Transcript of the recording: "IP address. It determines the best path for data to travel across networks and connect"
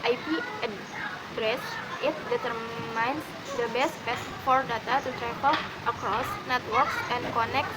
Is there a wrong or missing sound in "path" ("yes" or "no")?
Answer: yes